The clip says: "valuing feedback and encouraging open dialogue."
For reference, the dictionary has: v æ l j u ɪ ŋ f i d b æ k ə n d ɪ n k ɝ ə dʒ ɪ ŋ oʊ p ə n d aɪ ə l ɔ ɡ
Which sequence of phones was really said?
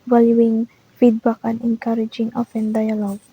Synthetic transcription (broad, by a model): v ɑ l j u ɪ ŋ f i d b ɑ k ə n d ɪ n k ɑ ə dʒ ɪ ŋ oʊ f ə n d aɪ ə l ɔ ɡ